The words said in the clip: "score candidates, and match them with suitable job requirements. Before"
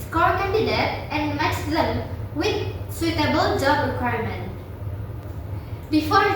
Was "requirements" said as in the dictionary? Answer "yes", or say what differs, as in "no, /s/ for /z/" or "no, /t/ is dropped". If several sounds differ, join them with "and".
no, /s/ is dropped